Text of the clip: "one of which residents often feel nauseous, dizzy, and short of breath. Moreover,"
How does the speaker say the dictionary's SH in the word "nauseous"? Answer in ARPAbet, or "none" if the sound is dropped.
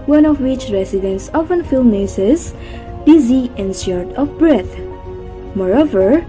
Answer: S